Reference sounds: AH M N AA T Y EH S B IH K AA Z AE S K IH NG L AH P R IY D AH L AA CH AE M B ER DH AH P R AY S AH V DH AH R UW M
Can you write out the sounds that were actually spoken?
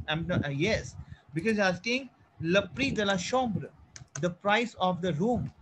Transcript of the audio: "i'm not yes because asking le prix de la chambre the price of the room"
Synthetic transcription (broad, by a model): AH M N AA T Y EH S B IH K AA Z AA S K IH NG L AH P R IY D AH L AA SH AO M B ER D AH P R AY S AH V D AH R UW M